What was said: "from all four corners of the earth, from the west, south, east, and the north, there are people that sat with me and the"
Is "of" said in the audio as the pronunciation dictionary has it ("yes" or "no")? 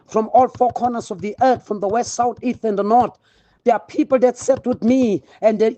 yes